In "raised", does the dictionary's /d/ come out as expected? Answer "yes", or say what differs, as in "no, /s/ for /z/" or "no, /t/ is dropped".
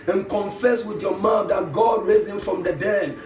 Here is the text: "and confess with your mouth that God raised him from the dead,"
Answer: no, /d/ is dropped